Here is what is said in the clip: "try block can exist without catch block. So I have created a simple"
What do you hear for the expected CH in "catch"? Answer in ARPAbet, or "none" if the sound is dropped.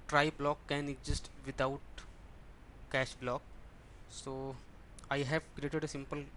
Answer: SH